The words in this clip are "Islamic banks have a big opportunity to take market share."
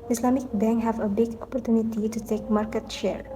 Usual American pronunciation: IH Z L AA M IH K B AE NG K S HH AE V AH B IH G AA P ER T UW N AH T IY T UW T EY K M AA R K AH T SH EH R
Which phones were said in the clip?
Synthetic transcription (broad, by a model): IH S L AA M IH K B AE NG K HH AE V AH B IH G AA P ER T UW N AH T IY T UW T EY K M AA R K AH T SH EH R